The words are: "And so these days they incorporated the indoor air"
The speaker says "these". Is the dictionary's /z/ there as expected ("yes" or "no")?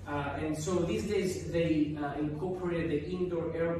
no